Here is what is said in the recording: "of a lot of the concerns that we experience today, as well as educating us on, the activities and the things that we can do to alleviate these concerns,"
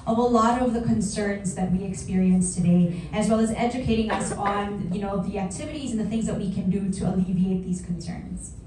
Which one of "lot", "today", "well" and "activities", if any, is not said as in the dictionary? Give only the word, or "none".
none